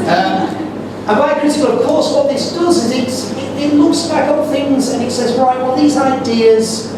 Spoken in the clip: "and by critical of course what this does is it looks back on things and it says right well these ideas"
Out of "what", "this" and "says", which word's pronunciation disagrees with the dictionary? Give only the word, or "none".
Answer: none